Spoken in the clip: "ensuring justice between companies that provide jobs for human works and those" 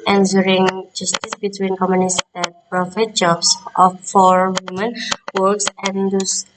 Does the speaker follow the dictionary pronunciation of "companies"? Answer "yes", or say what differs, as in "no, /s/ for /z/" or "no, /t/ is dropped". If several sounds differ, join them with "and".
no, /p/ is dropped